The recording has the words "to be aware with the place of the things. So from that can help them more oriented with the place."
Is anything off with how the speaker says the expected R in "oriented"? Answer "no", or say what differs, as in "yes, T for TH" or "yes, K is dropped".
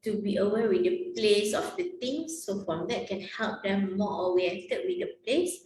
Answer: yes, W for R